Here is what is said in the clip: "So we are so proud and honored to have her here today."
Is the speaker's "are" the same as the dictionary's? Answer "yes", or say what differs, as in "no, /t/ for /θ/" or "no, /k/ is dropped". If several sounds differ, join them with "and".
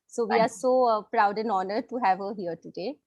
yes